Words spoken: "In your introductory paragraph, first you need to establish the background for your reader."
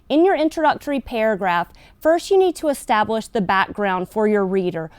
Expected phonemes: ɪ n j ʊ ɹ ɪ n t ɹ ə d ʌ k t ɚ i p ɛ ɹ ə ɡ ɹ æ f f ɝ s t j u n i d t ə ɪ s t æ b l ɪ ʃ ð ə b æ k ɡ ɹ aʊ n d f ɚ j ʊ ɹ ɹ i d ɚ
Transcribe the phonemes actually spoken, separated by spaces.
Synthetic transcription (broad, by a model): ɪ n j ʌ ɹ ɪ n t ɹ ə d ʌ k t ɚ i p ɛ ɹ ə ɡ ɹ æ f f ɝ s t j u n i d t ə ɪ s t æ b l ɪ ʃ ð ə b æ k ɡ ɹ aʊ n d f ɚ j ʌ ɹ ɹ i d ɚ